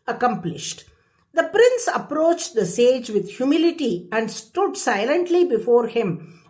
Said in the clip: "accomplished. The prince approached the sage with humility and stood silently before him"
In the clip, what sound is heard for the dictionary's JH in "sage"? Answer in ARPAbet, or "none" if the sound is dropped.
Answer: JH